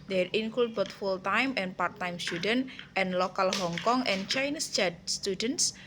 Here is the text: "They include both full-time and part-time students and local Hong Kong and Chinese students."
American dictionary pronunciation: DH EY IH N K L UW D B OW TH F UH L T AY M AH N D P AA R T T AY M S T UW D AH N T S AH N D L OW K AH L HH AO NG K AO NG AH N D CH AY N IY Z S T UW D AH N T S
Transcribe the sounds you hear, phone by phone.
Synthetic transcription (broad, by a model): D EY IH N K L UW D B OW T F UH L T AY M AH N P AA R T T AY M S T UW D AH N T AH N L OW K AH L HH AO NG K AO NG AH N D CH AY N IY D S T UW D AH N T S